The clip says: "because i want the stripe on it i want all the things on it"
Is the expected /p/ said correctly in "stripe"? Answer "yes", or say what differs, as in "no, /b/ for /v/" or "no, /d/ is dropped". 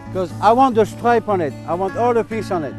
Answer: yes